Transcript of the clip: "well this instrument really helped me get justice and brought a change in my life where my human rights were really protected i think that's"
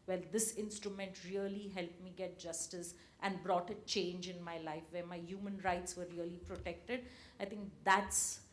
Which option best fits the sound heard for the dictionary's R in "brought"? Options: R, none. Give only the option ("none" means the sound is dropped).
R